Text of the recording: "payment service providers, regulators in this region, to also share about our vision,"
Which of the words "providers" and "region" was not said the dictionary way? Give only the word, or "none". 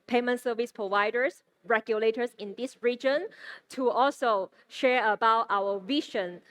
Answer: providers